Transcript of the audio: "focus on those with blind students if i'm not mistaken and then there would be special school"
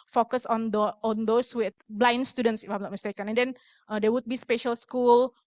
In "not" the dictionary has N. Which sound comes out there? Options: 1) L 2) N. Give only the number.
1